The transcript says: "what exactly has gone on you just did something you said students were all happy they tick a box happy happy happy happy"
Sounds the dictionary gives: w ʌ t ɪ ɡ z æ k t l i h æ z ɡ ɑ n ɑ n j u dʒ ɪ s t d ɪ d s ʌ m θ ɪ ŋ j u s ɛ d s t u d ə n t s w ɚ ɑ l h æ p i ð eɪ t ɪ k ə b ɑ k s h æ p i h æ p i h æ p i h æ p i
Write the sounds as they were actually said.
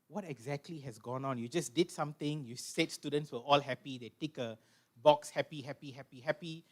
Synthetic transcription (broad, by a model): w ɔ t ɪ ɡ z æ k t l i h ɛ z ɡ ɑ n ɑ n j u dʒ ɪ s d ɪ d s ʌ m t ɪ ŋ j u s ɛ d s t u d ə n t s w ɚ ɑ l h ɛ p i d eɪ t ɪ k ə b ɑ k s h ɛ p i h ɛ p i h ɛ p i h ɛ p i